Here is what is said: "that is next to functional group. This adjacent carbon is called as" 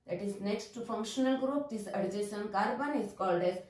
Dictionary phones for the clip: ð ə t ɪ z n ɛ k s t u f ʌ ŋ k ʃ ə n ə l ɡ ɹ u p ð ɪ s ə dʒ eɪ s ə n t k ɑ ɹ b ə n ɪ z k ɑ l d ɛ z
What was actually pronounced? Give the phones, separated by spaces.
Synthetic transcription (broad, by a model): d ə t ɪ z n ɛ k s t u f ʌ ŋ k ʃ ə n ə l ɡ ɹ u p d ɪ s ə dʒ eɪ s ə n k ɑ ɹ b ə n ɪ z k ɑ l d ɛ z